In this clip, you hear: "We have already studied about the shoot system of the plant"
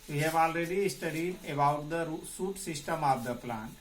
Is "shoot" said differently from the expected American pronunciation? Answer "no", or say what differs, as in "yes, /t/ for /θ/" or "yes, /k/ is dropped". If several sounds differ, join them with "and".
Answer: yes, /s/ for /ʃ/